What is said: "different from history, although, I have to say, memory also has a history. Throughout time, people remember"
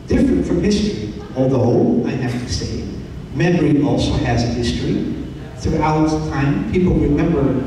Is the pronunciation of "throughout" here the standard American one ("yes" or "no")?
yes